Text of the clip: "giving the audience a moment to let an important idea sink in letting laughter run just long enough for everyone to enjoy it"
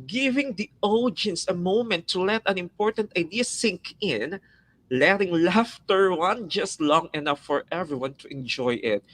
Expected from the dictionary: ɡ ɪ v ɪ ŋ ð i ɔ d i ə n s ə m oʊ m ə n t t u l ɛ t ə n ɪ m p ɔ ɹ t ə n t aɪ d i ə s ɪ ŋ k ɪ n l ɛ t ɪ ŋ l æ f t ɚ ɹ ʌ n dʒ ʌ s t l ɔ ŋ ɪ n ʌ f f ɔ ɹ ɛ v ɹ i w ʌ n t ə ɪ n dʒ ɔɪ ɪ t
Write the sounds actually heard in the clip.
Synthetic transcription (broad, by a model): ɡ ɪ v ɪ ŋ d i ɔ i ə n s ə m oʊ m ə n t t u l ɛ t ə n ɪ m p ɔ ɹ t ə n t aɪ d i ə s ɪ ŋ k ɪ n l ɛ t ɪ ŋ l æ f t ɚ w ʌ n dʒ ʌ s t l ɔ ŋ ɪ n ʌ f f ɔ ɹ ɛ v ɹ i w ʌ n t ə ɪ n dʒ ɔɪ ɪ t